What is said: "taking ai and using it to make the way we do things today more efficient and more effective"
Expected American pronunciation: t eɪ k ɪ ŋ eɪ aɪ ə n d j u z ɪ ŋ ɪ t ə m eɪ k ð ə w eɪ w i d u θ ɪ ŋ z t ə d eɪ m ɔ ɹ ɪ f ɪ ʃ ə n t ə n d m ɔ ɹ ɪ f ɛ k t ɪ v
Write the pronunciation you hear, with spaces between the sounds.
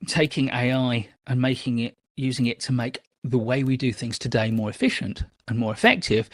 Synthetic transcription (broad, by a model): t eɪ k ɪ ŋ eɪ aɪ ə n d j u z ɪ ŋ ɪ t ə m eɪ k ð ə w eɪ w i d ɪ θ ɪ ŋ z t ə d eɪ m ɔ ɹ ɪ f ɪ ʃ ə n t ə n m ɔ ɹ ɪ f ɛ k t ɪ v